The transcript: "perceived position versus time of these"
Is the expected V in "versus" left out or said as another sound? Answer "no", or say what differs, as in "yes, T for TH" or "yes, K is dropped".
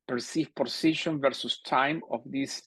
no